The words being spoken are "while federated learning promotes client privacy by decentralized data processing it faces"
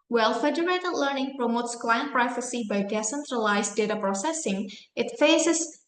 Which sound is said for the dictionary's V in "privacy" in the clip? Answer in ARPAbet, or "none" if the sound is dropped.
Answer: F